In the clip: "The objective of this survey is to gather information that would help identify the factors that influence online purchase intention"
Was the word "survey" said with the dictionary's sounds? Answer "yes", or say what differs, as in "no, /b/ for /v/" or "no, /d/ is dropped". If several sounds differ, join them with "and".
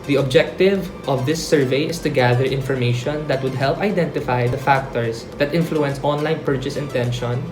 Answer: yes